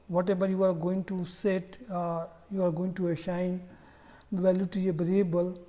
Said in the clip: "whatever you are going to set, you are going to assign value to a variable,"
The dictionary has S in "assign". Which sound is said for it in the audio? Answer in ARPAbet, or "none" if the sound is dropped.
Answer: SH